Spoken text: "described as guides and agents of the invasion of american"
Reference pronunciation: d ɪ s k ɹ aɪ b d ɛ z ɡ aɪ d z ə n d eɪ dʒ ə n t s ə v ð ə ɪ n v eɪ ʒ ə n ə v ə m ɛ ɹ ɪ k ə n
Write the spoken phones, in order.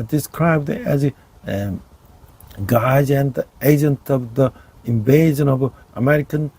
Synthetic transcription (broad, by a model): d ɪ s k ɹ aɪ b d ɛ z ɡ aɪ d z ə n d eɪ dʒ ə n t ə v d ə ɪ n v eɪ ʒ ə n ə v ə m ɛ ɹ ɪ k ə n